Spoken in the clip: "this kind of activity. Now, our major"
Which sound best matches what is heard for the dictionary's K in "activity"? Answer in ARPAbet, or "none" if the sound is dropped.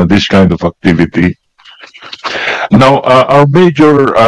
K